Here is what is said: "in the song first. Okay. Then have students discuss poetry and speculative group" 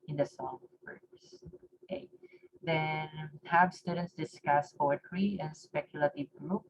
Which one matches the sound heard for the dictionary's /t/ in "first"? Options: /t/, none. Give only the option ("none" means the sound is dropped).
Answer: none